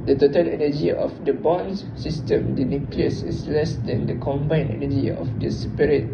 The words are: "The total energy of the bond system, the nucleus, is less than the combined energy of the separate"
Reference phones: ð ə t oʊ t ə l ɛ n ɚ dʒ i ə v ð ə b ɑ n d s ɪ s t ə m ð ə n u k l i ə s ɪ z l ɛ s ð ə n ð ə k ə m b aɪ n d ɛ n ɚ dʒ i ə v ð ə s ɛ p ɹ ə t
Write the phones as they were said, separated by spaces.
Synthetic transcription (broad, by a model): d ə t oʊ t ə l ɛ n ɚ dʒ i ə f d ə b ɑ n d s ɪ s t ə m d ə n u k l i ə s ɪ s l ɛ s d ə n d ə k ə m b aɪ n ɛ n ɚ dʒ i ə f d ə s p ɹ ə t